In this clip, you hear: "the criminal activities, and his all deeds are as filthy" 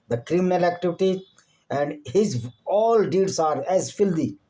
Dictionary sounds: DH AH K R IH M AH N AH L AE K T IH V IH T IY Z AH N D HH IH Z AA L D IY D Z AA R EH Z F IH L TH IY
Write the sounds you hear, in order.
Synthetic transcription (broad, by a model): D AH K R IH M AH N AH L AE K T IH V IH T IY AH N D HH IH Z AA L D IY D S AA R EH Z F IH L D IY